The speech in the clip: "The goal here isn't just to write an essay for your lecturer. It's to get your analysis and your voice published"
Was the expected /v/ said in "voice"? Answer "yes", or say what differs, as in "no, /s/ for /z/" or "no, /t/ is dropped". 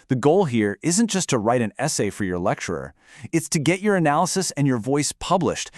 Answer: yes